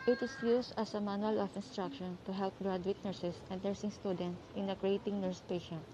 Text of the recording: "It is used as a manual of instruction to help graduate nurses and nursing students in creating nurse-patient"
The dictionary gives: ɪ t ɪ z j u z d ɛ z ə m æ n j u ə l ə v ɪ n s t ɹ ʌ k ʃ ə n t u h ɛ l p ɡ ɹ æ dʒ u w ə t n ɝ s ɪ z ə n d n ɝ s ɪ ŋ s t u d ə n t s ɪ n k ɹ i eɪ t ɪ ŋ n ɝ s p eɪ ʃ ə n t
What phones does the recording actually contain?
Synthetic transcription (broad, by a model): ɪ t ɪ s j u s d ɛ s ə m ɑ n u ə l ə f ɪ n s t ɹ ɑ k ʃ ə n t u h ɛ l p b ɹ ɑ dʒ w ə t n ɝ s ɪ s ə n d n ɝ s ɪ ŋ s t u d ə n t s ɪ n k ɹ i eɪ t ɪ ŋ n ɝ s p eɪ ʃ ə n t